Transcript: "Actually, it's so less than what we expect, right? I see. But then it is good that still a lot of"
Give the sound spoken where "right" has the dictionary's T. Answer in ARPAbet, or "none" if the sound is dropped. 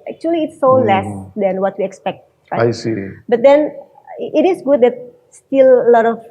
none